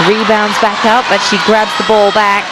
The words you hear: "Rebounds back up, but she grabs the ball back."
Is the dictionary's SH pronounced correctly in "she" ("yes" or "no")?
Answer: yes